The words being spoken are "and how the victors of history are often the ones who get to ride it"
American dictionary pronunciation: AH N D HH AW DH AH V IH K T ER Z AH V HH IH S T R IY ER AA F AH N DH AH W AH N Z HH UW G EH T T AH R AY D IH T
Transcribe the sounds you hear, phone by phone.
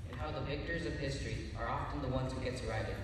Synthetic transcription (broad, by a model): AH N HH AW DH AH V IH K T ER Z AH V HH IH S T R IY ER AA F AH N DH AH W AH N Z HH UW G EH T S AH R AY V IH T